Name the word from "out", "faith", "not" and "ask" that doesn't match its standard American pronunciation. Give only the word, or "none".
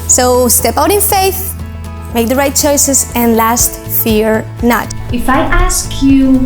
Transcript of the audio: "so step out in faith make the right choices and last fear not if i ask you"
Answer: none